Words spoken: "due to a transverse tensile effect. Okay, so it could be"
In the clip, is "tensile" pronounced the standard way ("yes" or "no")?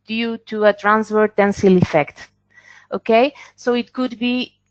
yes